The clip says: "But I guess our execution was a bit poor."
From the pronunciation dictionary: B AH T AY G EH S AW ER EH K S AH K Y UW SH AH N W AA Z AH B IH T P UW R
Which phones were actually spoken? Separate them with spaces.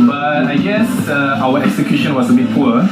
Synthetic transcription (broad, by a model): B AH T AY G EH S AW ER EH K S AH K Y UW SH AH N W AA S AH B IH T P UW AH